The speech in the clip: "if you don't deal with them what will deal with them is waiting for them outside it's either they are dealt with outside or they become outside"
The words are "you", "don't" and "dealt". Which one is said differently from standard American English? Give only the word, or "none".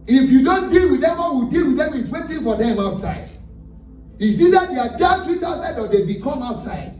dealt